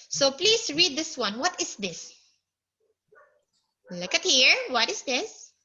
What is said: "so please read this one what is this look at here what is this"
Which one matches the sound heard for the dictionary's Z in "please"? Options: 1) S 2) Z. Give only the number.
1